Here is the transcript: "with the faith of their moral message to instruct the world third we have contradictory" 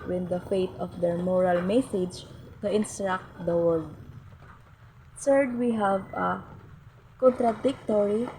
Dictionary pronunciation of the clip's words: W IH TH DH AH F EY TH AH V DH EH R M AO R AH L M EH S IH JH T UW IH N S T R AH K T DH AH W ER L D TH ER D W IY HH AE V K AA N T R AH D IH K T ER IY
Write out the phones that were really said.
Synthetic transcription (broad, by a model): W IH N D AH F EY T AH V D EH R M AO R AH L M EH S IH JH T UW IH N S T R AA K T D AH W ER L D S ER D W IY HH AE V K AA N T R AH D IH K T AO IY